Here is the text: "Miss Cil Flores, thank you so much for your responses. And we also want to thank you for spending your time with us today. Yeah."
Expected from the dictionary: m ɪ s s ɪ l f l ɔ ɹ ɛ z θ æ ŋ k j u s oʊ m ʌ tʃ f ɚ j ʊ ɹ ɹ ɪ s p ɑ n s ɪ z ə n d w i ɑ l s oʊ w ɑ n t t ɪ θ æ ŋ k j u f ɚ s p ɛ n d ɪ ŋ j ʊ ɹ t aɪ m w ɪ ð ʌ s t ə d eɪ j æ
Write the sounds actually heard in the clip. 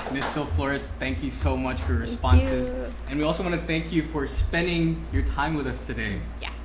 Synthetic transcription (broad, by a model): m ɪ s s ɪ l f l ɔ ɹ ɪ s θ æ ŋ k j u s oʊ m ʌ tʃ f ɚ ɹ ɹ ɪ s p ɑ n s ɪ z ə n w i ɑ l s oʊ w ɑ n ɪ θ æ ŋ k j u f ɚ s p ɛ n d ɪ ŋ j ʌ ɹ t aɪ m w ɪ ð ʌ s t ə d eɪ j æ